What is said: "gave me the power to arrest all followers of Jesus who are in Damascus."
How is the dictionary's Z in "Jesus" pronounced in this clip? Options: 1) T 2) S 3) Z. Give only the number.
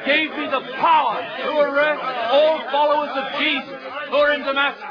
3